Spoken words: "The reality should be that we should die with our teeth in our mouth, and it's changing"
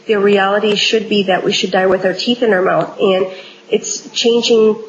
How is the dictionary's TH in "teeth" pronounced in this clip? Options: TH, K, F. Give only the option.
TH